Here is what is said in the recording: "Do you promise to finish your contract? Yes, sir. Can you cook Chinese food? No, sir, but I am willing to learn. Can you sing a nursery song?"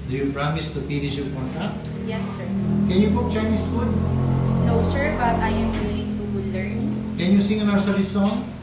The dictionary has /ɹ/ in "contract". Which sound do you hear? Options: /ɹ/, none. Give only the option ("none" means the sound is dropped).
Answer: none